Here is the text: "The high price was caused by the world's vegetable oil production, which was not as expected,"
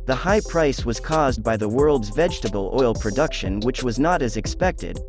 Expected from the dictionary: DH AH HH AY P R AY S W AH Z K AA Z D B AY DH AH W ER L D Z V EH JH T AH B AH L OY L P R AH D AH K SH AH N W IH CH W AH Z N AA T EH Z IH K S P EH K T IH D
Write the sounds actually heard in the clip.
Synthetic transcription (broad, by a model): DH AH HH AY P R AY S W AH Z K AA Z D B AY DH AH W ER L D Z V EH JH T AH B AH L OY L P R AH D AH K SH AH N W IH CH W AH Z N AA T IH Z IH K S P EH K T IH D